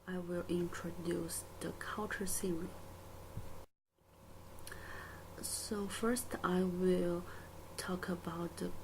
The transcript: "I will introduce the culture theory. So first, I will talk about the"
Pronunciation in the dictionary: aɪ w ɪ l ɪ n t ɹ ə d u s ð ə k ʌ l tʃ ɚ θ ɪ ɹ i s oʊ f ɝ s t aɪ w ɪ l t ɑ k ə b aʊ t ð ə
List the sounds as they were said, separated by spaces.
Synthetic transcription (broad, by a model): aɪ w ɪ l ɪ n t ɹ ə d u s ð ə k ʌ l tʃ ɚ s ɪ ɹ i s oʊ f ɝ s t aɪ w ɪ l t ɑ k ə b aʊ t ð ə